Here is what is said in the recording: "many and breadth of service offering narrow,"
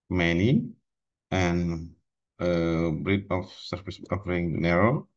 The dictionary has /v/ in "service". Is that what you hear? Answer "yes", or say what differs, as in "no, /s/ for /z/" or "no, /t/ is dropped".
no, /f/ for /v/